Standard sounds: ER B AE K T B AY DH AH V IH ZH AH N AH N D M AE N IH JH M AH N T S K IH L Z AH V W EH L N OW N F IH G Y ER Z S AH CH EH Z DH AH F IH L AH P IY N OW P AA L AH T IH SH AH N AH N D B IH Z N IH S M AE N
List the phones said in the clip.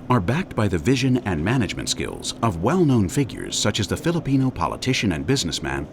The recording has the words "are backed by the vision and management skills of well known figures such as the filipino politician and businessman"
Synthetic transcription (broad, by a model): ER B AE K T B AY DH AH V IH ZH AH N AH N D M AE N IH JH M AH N T S K IH L Z AH V W EH L N OW N F IH G Y ER Z S AH CH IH Z DH AH F IH L AH P IY N OW P AA L AH T IH SH AH N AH N B IH Z N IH S M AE N